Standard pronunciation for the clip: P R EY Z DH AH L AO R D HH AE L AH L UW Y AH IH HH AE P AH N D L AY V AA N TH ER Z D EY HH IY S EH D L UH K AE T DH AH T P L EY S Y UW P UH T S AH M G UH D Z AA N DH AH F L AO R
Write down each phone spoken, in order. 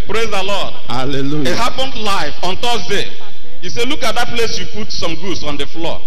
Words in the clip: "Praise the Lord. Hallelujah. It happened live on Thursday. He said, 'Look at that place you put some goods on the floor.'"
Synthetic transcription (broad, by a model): P R EY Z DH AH L AO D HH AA L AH L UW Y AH HH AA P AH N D L AY F AA N T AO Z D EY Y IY S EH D L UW K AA T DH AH T P L EY S Y UW P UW T S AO M G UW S AA N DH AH F L AO